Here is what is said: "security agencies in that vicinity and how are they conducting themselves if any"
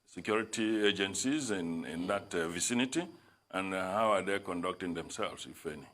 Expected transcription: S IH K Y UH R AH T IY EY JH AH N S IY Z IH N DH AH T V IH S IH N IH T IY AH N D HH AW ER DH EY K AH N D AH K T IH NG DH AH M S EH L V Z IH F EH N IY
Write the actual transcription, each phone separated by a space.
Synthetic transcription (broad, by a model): S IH K Y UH R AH T IY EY JH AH N S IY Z IH N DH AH T V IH S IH N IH T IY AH N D HH AW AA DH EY K AH N D AH K T IH NG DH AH M S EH L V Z IH F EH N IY